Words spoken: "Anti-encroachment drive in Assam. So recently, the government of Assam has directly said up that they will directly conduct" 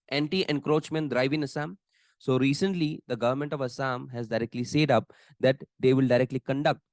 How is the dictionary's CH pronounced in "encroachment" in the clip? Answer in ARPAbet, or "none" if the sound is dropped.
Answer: CH